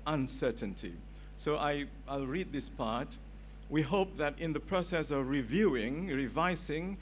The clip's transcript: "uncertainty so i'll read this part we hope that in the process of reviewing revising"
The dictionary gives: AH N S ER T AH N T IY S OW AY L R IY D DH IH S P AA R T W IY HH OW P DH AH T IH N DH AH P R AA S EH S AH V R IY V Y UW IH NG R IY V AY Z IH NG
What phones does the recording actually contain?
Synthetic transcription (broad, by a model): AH N S ER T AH N T IY S OW AY L R IY D DH IH S P AA R T W IY HH OW P DH AH T IH N DH AH P R AA S EH S AH V R IY V Y UW IH NG R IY V AY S IH NG